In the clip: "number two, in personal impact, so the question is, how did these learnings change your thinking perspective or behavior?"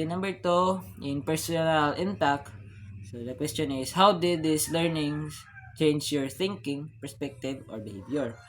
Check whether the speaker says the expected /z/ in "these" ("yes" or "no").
no